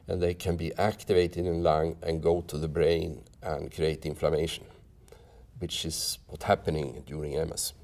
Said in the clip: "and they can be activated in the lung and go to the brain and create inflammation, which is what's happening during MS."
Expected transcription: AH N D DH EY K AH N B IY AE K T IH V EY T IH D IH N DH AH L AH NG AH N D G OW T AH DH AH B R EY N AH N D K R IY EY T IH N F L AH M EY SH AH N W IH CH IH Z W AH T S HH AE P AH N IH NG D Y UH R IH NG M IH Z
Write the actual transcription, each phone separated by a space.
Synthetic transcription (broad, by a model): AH N DH EY K AH N B IY AE K T IH V EY T IH D IH N L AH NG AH N G OW T AH DH AH B R EY N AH N K R IY EY T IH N F L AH M EY SH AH N W IH CH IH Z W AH T HH AE P AH N IH NG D Y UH R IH NG M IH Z